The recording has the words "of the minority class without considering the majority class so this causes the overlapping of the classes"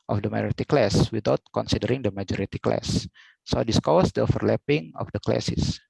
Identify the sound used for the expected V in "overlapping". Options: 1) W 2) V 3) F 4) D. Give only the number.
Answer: 3